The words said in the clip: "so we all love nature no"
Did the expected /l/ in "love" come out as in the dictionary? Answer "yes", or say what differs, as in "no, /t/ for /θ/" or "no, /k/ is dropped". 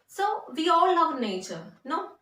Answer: no, /n/ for /l/